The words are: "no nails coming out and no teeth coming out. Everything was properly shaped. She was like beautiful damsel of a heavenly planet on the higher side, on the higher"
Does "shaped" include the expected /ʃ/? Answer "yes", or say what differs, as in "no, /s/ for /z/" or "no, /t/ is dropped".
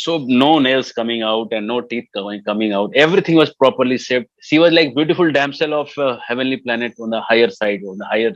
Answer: no, /s/ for /ʃ/